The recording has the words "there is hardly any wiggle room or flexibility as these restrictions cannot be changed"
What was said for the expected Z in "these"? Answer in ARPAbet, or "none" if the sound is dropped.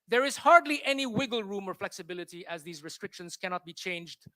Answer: Z